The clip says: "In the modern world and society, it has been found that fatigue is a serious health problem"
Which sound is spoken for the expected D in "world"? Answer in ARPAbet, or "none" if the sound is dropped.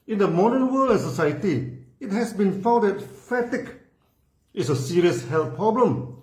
none